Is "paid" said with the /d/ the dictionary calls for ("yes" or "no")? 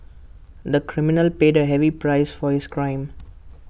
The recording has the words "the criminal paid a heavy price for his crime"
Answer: yes